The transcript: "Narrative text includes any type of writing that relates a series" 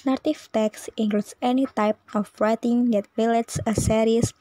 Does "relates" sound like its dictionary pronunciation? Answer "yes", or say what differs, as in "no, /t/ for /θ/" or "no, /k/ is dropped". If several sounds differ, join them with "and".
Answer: no, /w/ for /ɹ/